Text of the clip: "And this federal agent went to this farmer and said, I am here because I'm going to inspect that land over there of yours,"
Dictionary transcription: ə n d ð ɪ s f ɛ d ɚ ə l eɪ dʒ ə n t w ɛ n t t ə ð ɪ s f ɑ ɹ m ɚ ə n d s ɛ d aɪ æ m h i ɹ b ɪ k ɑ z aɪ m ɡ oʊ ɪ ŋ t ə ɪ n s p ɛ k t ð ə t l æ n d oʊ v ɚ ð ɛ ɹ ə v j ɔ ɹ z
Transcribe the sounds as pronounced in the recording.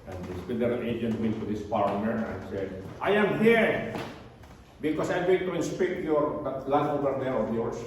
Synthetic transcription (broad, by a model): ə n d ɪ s f ɛ d ɚ ə l eɪ dʒ ə n t w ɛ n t t ə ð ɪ s p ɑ ɹ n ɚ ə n s ɛ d aɪ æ m h i ɹ b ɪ k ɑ s aɪ m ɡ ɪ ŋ t ə ɪ n s p ɛ k t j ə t l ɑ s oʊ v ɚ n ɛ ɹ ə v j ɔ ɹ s